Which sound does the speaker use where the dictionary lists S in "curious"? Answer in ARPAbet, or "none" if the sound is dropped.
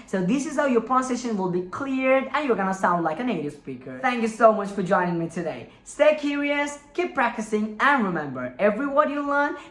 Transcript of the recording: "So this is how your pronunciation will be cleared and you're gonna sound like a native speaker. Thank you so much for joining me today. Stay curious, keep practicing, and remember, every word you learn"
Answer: S